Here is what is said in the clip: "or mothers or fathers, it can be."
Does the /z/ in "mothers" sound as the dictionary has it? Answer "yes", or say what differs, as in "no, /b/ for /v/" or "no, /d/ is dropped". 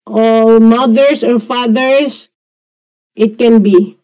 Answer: no, /s/ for /z/